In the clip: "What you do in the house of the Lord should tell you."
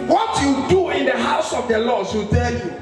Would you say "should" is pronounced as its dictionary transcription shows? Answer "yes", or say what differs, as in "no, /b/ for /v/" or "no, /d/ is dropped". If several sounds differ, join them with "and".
no, /s/ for /ʃ/